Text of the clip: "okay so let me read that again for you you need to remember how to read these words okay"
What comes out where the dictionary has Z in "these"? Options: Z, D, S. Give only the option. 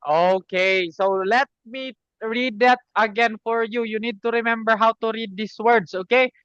S